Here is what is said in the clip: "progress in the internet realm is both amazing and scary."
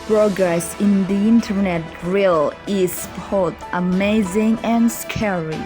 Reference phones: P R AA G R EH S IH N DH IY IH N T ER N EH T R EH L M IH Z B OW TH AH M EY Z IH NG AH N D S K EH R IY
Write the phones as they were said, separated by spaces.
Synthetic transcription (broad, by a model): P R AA G R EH S IH N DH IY IH N T ER N EH T R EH L IH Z B OW TH AH M EY Z IH NG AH N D S K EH R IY